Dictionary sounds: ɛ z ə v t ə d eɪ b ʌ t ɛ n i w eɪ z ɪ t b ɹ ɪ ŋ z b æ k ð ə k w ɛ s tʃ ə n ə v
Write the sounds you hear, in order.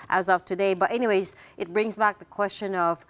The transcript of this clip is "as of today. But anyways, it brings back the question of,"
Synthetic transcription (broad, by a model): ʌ z ə v t ə d eɪ b ʌ t ɛ n i w eɪ z ɪ t b ɹ ɪ ŋ z b æ k ð ə k w ɛ s tʃ ə n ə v